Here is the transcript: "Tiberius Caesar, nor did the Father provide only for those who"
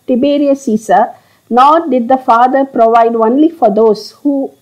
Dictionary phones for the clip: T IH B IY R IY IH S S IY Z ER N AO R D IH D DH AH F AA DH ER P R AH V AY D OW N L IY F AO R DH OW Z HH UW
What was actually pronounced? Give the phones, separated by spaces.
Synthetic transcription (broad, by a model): T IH B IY R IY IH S S IY S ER N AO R D IH D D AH F AA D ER P R AH V AY D OW N L IY F AO R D OW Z HH UW